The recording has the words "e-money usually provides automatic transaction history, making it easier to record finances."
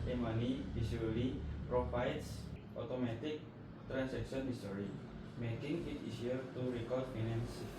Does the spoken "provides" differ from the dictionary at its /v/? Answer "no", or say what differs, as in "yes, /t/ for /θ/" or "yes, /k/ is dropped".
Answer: yes, /f/ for /v/